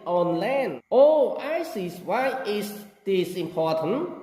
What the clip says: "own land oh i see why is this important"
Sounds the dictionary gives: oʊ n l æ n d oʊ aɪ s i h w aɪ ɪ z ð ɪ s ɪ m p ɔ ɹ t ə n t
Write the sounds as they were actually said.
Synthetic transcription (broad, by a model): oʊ n l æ n oʊ aɪ s i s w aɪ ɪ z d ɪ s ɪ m p ɔ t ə n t